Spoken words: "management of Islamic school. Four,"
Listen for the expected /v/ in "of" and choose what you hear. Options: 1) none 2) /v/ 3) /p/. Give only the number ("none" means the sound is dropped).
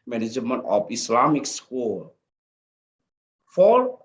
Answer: 3